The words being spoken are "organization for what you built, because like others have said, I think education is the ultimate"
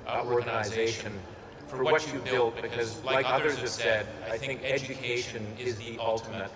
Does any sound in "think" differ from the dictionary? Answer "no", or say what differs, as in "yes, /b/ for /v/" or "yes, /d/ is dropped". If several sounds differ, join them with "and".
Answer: no